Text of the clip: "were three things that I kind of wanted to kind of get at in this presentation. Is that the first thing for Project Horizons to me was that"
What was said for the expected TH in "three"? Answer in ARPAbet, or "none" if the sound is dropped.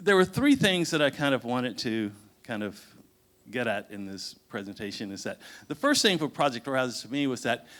TH